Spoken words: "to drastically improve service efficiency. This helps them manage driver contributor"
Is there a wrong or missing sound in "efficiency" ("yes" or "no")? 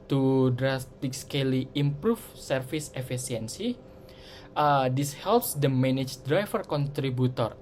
yes